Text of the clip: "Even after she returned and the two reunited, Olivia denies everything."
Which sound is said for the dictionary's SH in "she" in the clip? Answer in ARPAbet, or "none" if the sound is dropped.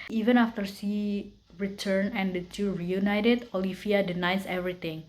S